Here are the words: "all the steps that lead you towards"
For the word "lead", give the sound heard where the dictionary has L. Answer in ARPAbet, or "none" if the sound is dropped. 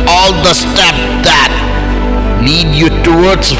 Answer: N